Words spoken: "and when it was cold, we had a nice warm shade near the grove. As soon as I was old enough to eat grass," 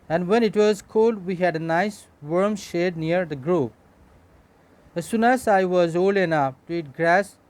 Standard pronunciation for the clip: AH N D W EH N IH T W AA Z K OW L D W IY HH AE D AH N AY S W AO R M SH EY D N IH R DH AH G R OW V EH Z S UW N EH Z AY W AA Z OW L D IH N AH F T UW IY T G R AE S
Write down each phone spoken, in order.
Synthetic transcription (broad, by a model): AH N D W EH N IH T W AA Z K OW L D W IY HH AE D AH N AY S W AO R M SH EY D N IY R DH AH G R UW P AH S UW N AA S AY W AA Z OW L IH N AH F T UW IY T G R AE S